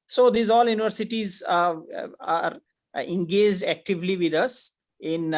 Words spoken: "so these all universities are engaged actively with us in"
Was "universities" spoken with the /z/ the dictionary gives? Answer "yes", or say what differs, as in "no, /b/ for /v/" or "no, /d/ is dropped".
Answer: yes